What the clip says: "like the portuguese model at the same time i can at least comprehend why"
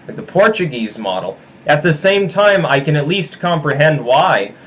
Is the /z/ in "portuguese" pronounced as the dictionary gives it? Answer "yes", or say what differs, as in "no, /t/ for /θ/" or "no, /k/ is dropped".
yes